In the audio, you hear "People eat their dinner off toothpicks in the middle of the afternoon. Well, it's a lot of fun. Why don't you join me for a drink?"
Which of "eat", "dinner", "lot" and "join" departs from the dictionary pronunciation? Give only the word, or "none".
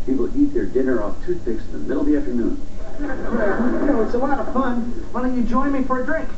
lot